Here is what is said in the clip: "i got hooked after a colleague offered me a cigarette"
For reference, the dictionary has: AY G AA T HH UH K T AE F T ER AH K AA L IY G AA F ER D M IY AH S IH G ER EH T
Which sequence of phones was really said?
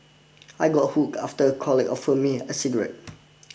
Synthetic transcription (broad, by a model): AY G AA T HH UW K AA F T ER AH K AA L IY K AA F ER M IY AH S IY G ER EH T